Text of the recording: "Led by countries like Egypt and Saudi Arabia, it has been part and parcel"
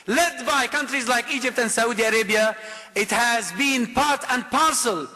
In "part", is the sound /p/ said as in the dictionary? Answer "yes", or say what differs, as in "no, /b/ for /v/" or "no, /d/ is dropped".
yes